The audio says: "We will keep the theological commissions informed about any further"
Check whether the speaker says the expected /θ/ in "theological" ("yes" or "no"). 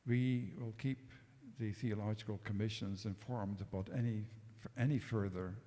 yes